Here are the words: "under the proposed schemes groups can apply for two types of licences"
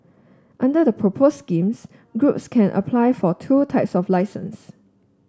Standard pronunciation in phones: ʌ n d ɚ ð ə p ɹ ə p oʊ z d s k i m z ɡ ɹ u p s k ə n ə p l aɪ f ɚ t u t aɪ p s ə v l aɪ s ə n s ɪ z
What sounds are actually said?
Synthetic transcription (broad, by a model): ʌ n d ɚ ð ə p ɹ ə p oʊ s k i m s ɡ ɹ u p s k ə n ə p l aɪ f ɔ t u t aɪ p s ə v l aɪ s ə n s